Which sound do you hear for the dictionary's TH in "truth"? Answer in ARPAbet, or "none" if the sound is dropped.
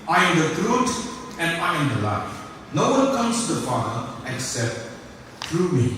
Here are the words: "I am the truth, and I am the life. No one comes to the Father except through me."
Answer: T